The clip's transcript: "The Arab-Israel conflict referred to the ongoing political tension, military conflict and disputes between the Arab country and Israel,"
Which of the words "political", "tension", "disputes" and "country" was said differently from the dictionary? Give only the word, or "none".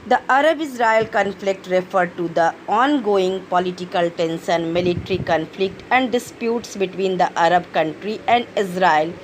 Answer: tension